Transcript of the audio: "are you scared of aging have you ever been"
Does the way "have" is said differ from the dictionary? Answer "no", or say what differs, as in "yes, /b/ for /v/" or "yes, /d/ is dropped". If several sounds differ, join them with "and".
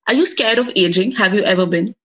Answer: no